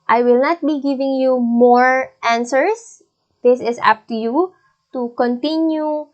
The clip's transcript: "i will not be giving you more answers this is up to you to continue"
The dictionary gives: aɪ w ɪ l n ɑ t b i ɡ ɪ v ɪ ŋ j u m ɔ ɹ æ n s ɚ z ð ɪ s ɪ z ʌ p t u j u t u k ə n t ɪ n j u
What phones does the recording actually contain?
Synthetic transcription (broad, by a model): aɪ w ɪ l n ɑ t b i ɡ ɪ v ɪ ŋ j u m ɔ ɹ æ n s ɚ s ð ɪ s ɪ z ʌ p t u j u t u k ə n t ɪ n j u